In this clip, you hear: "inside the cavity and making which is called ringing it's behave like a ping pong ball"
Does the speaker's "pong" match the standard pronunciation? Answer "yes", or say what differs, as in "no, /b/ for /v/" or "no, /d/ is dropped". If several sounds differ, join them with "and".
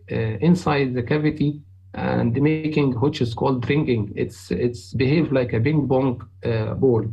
no, /b/ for /p/